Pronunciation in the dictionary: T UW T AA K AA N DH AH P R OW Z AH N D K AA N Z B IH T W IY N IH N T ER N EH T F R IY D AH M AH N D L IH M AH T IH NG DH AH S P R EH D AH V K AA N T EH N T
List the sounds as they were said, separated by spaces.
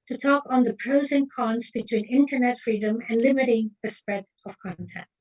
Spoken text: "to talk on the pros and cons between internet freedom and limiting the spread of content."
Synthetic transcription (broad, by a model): T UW T AA K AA N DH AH P R OW Z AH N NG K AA N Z B IH T W IY N IH N T ER N EH T F R IY D AH M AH N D L IH M AH T IH NG DH AH S P R EH D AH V K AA N T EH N T